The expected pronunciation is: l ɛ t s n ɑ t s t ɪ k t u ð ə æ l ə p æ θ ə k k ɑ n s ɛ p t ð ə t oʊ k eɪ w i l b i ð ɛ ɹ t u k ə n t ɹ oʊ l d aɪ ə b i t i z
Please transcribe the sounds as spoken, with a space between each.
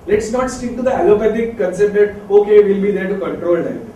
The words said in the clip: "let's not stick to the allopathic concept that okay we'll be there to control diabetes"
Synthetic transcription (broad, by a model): l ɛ t s n ɑ t s t ɪ k t u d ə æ l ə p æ t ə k k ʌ n s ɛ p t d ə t oʊ k eɪ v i l b i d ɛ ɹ t u k ə n t ɹ oʊ l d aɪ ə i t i